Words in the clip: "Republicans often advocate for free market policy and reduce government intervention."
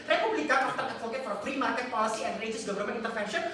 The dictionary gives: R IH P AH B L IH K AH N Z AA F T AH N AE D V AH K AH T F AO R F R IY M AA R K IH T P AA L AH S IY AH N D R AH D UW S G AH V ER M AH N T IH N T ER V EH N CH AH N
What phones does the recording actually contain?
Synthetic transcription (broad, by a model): R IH P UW B L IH K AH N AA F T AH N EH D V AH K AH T F AO R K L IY M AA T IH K P AA L AH S IY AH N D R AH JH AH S G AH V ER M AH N IH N T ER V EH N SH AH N